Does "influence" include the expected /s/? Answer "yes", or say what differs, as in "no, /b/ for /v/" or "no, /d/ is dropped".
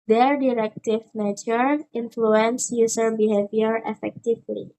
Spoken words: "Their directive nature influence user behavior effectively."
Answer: yes